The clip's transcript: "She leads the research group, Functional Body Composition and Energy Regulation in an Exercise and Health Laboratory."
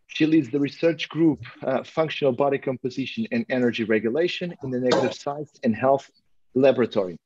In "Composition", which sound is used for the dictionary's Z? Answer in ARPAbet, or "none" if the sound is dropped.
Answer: Z